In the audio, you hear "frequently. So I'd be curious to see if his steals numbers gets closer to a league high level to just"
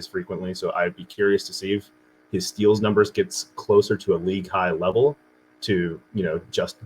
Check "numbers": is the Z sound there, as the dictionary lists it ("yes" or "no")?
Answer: yes